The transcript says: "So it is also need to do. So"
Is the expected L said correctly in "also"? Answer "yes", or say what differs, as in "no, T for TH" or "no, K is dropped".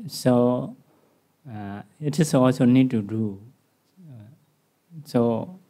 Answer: no, L is dropped